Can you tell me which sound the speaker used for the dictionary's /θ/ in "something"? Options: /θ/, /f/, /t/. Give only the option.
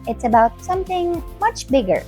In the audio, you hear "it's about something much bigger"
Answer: /θ/